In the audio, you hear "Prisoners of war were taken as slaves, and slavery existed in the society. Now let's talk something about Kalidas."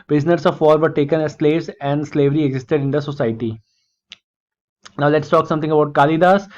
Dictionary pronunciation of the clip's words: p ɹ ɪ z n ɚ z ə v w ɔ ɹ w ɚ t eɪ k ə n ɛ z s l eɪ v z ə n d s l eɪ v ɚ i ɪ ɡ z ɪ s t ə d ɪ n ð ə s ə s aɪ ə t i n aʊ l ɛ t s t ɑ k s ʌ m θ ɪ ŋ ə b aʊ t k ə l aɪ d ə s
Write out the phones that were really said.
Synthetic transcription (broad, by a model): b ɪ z n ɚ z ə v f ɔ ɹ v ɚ t eɪ k ə n ɛ z s l eɪ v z ə n d s l eɪ v ɚ i ɪ ɡ z ɪ s t ə d ɪ n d ə s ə s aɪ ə t i n aʊ l ɛ t s t ɑ k s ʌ m t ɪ ŋ ə b aʊ t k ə l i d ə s